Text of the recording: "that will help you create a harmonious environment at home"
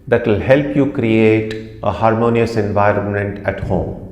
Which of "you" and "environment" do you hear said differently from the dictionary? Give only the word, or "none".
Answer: none